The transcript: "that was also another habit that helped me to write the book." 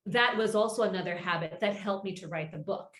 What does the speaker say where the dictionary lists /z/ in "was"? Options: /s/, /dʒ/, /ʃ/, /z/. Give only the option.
/z/